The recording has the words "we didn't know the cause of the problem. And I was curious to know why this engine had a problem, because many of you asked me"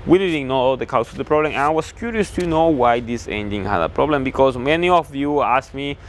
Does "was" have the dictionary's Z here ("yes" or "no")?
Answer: no